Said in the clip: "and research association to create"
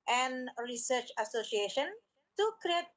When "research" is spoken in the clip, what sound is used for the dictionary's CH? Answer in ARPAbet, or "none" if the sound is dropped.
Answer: CH